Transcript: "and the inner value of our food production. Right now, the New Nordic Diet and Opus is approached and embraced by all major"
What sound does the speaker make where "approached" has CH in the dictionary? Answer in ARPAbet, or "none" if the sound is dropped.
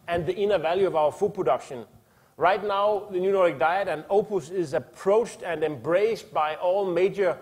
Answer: CH